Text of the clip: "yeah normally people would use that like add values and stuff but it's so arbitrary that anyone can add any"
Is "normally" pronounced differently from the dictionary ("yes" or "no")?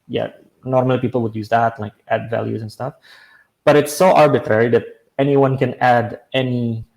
no